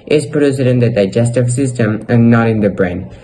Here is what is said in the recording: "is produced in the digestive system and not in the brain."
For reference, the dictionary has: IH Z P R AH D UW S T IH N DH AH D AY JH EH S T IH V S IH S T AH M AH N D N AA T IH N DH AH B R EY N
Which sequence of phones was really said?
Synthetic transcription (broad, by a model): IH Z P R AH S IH T IH N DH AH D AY JH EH S T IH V S IH S T AH M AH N N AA T IH N DH AH B R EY N